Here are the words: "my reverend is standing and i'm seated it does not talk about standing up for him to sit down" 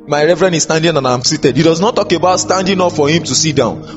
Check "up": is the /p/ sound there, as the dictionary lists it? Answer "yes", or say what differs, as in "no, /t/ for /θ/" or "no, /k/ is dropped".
no, /f/ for /p/